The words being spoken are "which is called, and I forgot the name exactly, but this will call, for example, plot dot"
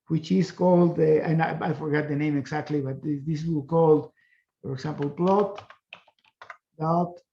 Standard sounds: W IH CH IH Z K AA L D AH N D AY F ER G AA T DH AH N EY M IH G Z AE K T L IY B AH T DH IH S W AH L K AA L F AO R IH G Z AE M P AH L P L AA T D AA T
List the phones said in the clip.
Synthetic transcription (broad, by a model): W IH CH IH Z K AA L D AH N AY F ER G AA T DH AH N EY M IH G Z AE K T L IY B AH T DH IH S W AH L K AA L F AO R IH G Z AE M P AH L P L AA T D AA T